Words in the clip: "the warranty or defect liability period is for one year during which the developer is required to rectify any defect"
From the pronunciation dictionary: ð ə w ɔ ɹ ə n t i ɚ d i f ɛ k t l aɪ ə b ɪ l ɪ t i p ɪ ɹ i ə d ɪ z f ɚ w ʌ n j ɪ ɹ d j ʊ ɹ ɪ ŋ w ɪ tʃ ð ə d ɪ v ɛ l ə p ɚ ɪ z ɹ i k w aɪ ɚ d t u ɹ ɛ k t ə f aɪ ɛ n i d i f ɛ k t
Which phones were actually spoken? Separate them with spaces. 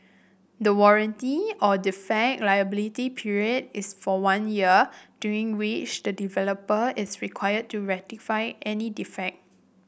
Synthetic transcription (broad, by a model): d ə w ɔ ɹ ə n t i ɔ d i f ɛ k l aɪ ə b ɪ l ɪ t i p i ɹ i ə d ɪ s f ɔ w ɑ n j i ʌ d j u ɹ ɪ ŋ w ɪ tʃ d ə d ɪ v ɛ l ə p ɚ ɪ s ɹ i k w aɪ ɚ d t u ɹ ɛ t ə f aɪ ɛ n i d i f ɛ k t